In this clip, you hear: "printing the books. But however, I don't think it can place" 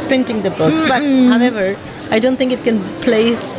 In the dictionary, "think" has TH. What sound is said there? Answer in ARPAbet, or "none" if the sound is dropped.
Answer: T